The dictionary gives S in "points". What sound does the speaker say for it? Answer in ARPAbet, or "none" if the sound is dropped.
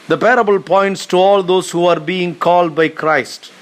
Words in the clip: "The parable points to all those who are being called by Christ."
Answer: S